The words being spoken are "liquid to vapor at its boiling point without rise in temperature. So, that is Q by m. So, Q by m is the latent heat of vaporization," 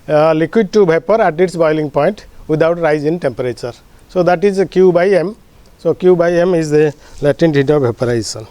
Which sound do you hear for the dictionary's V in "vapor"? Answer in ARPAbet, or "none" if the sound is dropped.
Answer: B